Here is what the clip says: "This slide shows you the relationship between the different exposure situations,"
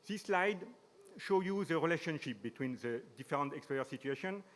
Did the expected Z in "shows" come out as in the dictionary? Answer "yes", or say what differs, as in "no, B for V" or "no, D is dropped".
no, Z is dropped